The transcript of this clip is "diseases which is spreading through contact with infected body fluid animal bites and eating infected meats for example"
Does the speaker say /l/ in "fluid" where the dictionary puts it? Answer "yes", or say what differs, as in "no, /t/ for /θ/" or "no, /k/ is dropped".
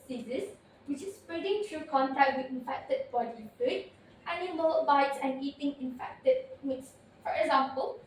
no, /l/ is dropped